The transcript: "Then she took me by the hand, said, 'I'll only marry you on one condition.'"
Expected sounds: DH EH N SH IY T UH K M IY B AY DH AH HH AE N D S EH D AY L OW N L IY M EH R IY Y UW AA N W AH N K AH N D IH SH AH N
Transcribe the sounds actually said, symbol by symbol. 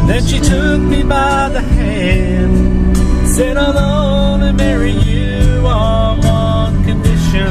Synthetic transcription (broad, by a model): DH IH N SH IY T UH K M IY B AY DH AH HH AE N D S EH D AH L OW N IY M EH R IY Y UW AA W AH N K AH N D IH SH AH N